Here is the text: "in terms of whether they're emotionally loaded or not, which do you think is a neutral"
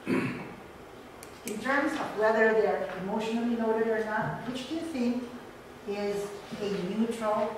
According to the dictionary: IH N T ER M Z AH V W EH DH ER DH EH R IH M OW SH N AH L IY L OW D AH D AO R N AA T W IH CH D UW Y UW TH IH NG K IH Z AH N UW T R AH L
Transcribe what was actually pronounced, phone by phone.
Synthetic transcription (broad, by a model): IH N T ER M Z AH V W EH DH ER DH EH R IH M OW SH N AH L IY N OW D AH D AO R N AA T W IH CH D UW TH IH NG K IH Z AH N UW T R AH L